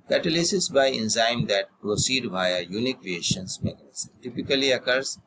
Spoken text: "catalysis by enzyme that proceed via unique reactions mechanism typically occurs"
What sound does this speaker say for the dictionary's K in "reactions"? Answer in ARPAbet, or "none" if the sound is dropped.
none